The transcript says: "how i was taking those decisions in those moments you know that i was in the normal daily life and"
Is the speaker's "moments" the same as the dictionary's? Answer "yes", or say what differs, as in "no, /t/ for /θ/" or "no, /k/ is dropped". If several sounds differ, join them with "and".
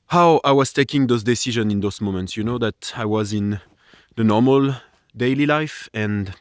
yes